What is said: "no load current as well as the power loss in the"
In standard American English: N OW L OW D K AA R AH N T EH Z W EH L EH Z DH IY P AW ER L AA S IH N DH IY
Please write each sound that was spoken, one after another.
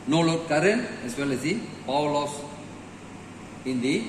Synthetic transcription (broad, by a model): N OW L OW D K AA R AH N EH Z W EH L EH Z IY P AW L AA S IH N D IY